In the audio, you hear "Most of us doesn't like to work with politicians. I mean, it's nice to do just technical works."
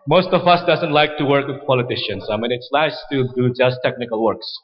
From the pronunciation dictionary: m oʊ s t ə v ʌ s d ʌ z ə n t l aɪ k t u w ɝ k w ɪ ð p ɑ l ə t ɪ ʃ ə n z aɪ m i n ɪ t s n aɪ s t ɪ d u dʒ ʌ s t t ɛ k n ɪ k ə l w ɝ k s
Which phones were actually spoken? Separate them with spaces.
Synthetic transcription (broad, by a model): m oʊ s t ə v ʌ s d ʌ z ə n t l aɪ k t u w ɝ k w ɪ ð p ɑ l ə t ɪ ʃ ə n s aɪ m i n ɪ t s l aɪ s t ɪ d u dʒ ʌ s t t ɛ k n ɪ k ə l w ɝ k s